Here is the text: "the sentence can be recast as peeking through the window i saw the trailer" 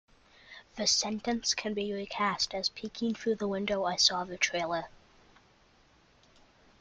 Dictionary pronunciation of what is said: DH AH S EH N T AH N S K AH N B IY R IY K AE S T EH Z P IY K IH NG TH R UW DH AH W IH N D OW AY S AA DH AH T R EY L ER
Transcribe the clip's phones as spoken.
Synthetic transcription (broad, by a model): DH AH S EH N T AH N S K AH N B IY R IY K AE S T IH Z P IY K IH NG TH R UW DH AH W IH N D OW AY S AA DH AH T R EY L ER